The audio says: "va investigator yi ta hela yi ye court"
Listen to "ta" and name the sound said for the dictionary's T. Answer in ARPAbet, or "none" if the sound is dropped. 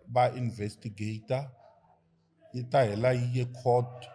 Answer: T